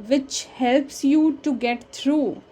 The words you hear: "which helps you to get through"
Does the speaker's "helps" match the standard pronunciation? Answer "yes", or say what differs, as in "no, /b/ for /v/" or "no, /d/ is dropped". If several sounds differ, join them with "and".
yes